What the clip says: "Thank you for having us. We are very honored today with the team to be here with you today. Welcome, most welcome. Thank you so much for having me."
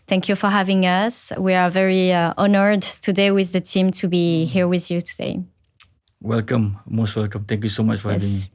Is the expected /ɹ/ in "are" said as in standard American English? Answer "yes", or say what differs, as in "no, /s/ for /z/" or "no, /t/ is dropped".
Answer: yes